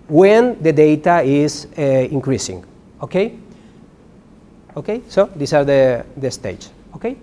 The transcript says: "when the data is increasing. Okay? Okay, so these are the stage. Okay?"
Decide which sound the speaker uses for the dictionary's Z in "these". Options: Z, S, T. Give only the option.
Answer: S